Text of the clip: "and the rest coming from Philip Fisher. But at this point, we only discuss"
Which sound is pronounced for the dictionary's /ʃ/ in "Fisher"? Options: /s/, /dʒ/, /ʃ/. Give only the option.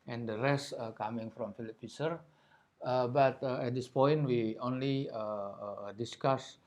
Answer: /s/